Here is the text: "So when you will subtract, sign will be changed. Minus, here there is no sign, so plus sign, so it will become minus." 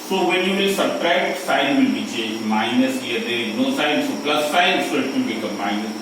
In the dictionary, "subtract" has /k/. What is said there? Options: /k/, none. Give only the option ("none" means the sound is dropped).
none